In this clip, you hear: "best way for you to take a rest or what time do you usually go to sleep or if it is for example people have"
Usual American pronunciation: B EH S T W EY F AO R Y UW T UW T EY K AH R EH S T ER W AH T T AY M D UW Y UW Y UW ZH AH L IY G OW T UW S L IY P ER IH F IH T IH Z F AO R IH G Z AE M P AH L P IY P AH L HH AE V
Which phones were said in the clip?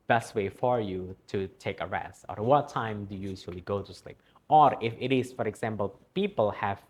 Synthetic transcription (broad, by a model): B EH S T W EY F AO R Y UW T UW T EY K AH R EH S T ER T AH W T AY M D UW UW Y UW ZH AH L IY G OW T UW S L IY P ER IH F IH T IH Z F AO R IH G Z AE M P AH L P IY P AH L HH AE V